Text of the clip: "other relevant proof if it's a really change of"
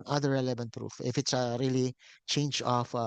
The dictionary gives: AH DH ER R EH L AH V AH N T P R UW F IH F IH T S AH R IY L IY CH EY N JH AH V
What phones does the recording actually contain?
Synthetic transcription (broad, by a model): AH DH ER R EH L AH V AH N T P R UW F IH F IH T S AH R IY L IY CH EY N JH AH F